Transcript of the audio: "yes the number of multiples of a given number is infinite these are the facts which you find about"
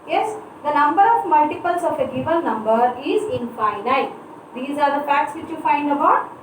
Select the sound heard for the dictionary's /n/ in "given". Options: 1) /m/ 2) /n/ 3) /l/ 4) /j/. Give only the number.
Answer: 3